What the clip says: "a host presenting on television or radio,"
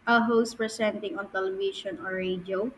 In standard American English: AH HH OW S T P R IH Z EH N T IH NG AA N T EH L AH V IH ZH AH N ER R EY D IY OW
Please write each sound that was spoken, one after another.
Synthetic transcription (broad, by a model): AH HH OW S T P R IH S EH N T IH NG AA N T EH L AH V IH SH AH N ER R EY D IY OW